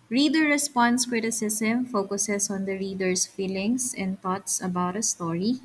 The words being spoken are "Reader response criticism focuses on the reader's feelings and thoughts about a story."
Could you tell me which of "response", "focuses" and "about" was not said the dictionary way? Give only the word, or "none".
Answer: focuses